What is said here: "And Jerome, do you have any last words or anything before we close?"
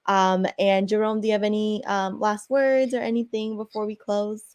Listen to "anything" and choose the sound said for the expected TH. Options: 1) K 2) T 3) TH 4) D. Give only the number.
3